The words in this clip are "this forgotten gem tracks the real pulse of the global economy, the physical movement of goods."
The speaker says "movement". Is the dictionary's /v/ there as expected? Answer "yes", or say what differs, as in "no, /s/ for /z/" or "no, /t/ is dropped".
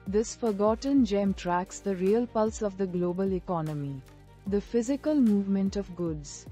yes